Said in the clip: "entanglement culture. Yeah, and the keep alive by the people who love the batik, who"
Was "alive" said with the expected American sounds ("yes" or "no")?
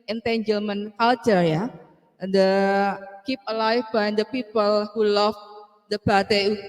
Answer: no